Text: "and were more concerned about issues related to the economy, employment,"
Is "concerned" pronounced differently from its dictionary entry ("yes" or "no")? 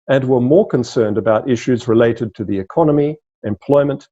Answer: no